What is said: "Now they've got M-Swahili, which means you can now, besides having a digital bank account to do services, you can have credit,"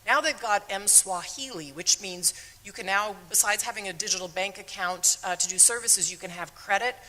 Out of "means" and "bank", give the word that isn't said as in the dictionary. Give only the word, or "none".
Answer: none